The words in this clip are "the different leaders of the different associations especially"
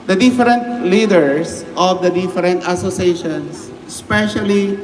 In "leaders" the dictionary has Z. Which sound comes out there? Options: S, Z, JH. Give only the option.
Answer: S